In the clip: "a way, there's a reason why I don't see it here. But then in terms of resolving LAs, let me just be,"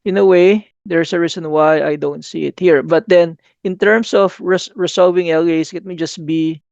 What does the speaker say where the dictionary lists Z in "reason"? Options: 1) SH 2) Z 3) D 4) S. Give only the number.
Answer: 4